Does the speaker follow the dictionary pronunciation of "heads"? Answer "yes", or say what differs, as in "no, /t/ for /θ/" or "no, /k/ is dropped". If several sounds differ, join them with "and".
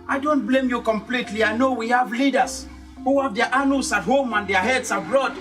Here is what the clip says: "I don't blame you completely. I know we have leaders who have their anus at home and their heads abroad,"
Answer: no, /s/ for /z/